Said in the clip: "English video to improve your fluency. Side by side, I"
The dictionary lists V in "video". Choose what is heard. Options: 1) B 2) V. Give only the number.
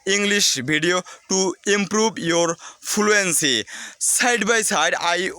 1